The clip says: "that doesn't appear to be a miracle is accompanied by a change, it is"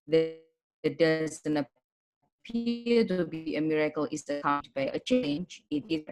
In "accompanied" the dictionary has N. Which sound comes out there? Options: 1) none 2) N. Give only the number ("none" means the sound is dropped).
1